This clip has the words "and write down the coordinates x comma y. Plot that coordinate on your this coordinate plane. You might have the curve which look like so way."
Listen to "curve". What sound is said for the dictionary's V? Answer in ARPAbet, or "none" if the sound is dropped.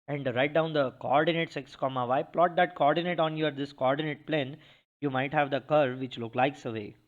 V